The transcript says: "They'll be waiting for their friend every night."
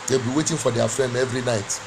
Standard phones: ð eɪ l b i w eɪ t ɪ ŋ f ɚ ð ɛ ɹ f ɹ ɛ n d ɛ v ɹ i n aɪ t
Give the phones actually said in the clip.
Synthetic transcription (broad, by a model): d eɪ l b i w eɪ t ɪ ŋ f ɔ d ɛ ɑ f ɹ ɛ n d ɛ v ɹ i n aɪ t